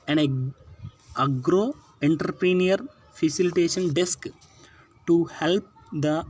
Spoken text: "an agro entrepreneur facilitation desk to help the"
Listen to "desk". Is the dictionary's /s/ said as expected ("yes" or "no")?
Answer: yes